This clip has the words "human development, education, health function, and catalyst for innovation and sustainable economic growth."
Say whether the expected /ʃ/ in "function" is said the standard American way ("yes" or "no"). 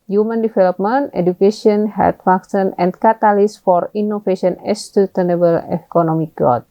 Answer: no